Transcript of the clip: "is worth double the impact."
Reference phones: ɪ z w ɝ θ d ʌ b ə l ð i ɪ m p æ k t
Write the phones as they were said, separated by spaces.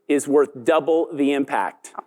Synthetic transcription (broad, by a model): ɪ z w ɝ θ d ʌ b l ð i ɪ m p æ k t